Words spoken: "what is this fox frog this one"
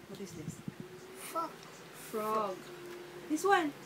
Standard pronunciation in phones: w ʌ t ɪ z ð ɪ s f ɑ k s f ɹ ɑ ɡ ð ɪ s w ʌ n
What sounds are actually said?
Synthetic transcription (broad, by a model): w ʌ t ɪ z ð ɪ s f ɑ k f ɹ ɑ ɡ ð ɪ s w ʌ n